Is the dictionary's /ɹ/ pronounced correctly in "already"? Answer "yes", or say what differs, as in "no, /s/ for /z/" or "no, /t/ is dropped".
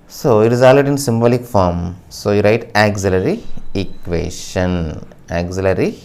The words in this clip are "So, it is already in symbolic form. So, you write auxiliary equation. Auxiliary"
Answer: no, /ɹ/ is dropped